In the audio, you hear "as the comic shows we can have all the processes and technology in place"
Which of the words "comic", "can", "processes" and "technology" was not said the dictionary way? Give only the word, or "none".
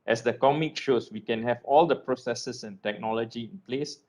processes